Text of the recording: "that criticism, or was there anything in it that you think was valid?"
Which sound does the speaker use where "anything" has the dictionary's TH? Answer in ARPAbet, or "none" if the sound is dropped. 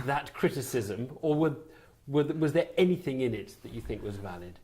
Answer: TH